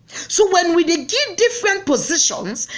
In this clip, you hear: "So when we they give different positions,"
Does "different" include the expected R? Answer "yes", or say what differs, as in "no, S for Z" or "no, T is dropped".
yes